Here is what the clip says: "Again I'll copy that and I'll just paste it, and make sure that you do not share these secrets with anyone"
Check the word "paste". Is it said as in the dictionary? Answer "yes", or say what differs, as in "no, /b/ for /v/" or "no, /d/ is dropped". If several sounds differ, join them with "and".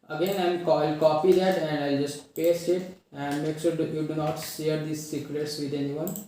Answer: no, /t/ is dropped